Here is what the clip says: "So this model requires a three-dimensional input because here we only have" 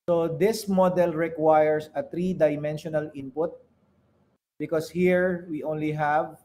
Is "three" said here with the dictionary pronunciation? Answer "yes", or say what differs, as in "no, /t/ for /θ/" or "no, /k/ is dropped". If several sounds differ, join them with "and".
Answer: no, /t/ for /θ/